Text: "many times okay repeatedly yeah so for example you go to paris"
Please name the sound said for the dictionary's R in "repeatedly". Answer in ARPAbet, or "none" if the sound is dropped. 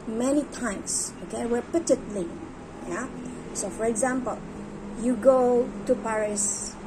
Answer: W